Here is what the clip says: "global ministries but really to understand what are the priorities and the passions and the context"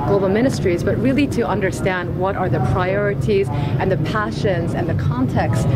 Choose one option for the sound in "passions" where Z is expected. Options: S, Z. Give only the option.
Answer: Z